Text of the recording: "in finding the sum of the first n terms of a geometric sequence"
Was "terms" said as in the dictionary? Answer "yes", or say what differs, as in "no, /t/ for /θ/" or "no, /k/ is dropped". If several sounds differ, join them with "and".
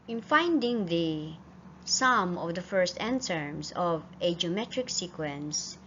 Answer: no, /s/ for /z/